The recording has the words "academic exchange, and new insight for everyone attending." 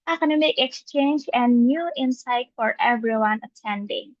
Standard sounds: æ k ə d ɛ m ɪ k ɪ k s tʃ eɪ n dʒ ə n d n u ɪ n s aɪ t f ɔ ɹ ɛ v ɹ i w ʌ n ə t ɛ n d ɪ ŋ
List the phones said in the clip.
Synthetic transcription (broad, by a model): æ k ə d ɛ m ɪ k ɪ k s tʃ eɪ n dʒ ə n n u ɪ n s aɪ t f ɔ ɹ ɛ v ɹ i w ʌ n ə t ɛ n d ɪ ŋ